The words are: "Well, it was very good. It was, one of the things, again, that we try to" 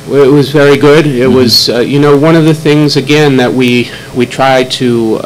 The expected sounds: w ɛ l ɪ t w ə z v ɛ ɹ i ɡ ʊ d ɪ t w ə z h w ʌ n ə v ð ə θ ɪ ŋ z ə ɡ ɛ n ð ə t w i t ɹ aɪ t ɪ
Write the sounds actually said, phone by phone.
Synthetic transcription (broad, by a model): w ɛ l ɪ t w ə z v ɛ ɹ i ɡ ʊ d ɪ t w ə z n w ʌ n ə v ð ə θ ɪ ŋ z ə ɡ ɛ n ð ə t w i t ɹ aɪ t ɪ